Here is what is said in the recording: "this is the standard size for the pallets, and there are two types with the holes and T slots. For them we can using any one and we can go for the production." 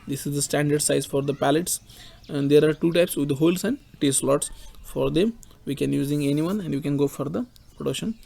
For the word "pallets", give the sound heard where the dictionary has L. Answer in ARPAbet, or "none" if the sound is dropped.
L